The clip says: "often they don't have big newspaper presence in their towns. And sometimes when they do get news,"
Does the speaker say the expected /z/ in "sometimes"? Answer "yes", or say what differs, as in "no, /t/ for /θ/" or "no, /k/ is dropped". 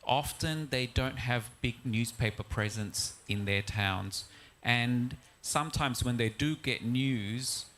yes